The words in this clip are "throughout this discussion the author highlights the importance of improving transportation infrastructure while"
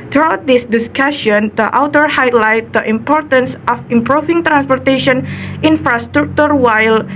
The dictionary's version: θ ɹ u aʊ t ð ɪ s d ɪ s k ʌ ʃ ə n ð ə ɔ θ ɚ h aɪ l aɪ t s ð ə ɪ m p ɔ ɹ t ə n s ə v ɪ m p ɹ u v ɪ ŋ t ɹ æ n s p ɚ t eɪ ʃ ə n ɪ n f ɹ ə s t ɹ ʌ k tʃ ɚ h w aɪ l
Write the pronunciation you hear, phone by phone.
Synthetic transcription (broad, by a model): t ɹ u aʊ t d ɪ s d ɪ s k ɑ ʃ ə n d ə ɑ t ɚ h aɪ l aɪ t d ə ɪ m p ɔ ɹ t ə n s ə f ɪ m p ɹ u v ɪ ŋ t ɹ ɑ n s p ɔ t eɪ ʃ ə n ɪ n f ɹ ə s t ɹ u k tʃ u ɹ w aɪ l